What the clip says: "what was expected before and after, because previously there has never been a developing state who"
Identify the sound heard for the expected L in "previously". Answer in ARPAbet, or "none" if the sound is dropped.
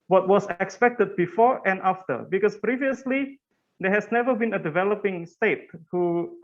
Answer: L